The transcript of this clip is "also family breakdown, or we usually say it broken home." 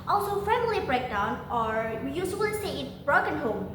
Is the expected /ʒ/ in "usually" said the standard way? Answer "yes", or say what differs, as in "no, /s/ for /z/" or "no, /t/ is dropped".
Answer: no, /s/ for /ʒ/